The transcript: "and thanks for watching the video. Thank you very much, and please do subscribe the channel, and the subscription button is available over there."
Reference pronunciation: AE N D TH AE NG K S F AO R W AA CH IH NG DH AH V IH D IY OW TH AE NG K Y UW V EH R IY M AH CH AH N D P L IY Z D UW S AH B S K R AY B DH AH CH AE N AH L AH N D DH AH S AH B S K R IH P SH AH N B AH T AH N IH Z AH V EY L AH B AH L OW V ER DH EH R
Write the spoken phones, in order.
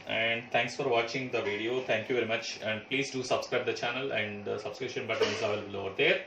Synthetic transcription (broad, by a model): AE N D T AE NG K S F AO R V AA CH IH NG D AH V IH D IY OW T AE NG K Y UW V EH R IY M AH CH AH N D P L IY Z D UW S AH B S K R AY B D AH CH AE N AH L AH N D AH S AH B S K R IH P SH AH N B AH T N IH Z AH IH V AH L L OW V ER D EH R